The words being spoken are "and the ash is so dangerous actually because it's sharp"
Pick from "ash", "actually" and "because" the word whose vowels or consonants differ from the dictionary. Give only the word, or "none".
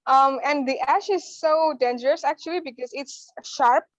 none